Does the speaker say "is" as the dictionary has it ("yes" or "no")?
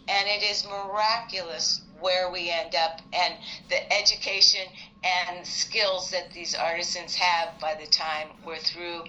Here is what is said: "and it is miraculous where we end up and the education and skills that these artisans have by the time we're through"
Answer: yes